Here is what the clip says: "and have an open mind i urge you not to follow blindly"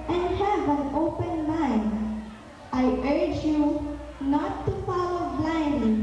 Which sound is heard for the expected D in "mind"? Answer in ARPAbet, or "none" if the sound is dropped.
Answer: none